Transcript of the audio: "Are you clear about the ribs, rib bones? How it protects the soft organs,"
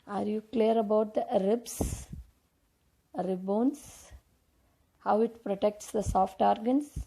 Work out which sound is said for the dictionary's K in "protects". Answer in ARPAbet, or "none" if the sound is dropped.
K